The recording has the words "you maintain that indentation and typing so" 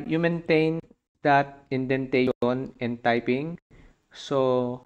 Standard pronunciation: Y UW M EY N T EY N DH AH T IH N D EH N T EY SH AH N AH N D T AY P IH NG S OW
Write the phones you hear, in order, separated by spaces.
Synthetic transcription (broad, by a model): Y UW M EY N T EY N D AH T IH N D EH N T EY AH N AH N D T AY P IH NG S OW